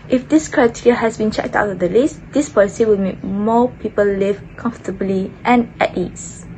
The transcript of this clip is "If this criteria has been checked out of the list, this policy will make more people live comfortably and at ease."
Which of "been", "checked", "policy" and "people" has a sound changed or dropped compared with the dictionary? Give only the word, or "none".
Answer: none